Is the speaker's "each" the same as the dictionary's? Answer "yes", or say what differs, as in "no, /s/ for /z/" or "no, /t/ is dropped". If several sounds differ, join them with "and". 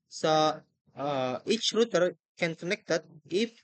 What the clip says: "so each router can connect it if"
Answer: yes